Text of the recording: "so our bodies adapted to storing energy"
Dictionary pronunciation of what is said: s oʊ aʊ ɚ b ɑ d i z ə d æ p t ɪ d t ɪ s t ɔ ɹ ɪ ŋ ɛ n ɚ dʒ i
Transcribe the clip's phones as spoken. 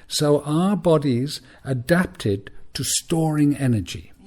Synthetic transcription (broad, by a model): s oʊ aʊ ɚ b ɑ d i z ə d æ p t ɪ d t ɪ s t ɔ ɹ ɪ ŋ ɛ n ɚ dʒ i